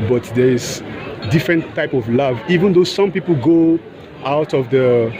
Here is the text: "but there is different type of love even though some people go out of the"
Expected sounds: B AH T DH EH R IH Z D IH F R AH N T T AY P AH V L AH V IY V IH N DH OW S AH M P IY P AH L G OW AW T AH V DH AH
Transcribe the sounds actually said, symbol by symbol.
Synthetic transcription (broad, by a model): B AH T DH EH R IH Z D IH F R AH N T T AY P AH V L AH V IY V IH N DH OW S AH M P IY P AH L G OW AW T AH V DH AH